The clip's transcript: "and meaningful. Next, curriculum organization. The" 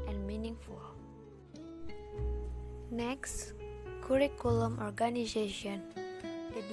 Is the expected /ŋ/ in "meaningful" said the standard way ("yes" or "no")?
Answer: yes